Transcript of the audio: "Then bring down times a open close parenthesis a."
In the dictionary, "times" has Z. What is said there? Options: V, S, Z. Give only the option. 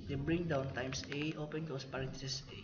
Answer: S